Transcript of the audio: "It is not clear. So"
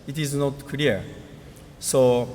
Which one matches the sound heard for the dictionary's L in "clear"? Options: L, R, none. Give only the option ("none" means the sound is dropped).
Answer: none